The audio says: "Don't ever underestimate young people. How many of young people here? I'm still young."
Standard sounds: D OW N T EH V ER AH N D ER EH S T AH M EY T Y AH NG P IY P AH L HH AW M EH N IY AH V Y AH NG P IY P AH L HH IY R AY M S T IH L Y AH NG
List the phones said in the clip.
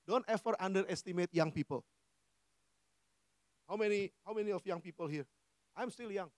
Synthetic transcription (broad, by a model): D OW N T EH F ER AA N D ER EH S T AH M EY T Y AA NG P IY P AH L HH AW M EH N IY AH F Y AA NG P IY P AH L HH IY R AY M S T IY L Y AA NG